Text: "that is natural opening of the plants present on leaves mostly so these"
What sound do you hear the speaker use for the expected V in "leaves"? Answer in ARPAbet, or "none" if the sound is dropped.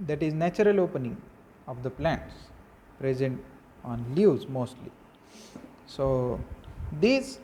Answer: none